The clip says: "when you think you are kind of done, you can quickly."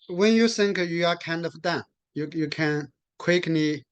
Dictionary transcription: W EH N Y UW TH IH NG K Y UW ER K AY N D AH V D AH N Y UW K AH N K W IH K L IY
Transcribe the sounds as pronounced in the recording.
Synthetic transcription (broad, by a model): W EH N Y UW S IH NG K Y UW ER K AY N D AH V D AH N Y UW K AH N K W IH K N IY